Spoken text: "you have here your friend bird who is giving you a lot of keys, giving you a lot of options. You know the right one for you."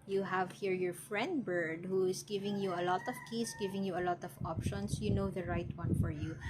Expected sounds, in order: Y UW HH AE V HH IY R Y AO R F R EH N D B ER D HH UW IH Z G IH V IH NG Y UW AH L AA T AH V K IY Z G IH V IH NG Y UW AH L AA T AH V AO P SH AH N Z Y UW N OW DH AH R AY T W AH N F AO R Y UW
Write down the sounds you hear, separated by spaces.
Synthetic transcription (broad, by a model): Y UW HH AE V HH IY R Y AO R F R EH N D B ER D HH UW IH S G IH V IH NG Y UW AH L AA T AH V K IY S G IH V IH NG Y UW AH L AA T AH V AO P SH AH N S Y UW N OW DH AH R AY T W AH N F AO R Y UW